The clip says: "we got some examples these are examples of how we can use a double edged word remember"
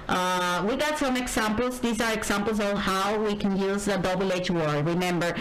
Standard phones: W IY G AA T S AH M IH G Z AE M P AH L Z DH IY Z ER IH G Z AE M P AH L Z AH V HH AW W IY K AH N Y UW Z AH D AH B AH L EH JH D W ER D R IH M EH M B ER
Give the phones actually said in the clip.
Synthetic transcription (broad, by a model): W IY G AA T S AH M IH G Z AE M P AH L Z DH IY Z ER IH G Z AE M P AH L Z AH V HH AW W IY K AH N Y UW Z AH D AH B L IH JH W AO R R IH M EH M B ER